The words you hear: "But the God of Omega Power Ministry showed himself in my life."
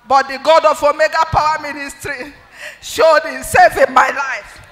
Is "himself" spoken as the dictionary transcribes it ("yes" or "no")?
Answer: no